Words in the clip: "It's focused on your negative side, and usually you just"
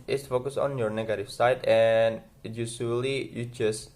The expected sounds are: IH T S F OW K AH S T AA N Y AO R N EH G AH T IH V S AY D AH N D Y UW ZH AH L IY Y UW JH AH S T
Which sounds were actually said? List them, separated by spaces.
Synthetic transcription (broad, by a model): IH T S F OW K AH S AA N Y AO R N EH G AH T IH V S AY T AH N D Y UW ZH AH L IY Y UW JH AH S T